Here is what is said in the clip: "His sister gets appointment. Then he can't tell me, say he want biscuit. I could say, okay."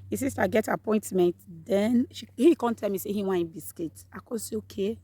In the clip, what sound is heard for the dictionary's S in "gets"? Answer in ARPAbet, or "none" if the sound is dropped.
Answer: none